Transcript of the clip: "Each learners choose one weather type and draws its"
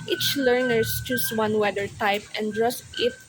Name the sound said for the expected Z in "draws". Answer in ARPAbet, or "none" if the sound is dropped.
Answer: S